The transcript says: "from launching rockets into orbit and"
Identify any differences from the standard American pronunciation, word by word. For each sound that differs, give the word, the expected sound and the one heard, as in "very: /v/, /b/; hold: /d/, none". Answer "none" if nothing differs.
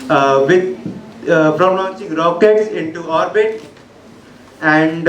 none